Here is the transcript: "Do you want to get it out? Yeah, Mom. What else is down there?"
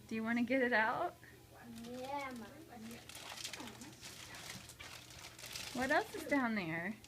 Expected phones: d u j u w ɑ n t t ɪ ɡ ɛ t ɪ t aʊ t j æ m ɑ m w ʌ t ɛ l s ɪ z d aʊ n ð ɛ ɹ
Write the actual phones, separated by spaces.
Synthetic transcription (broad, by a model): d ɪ j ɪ w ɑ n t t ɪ ɡ ɛ t ɪ t aʊ t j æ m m w ʌ t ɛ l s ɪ s d aʊ n ð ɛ ɹ